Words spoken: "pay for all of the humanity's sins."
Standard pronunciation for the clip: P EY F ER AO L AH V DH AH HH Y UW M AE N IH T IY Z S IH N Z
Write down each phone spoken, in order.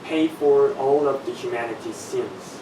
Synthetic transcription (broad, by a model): P EY F ER AO L AH V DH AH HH Y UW M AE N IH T IY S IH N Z